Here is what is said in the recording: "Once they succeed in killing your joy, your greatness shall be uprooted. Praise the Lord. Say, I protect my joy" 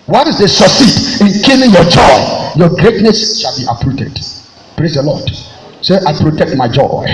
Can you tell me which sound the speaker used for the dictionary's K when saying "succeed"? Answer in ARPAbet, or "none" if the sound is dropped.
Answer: none